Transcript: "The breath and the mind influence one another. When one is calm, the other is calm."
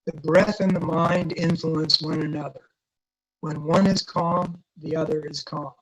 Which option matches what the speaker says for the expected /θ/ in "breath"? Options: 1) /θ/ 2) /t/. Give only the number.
1